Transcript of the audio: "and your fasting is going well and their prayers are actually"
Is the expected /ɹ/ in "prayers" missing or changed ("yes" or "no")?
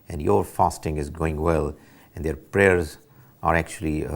no